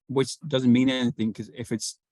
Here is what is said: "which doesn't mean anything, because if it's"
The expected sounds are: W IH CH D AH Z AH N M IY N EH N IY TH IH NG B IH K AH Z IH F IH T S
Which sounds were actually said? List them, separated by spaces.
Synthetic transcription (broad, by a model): W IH CH D AH Z AH N M IY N EH N IY TH IH NG K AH Z IH F IH T S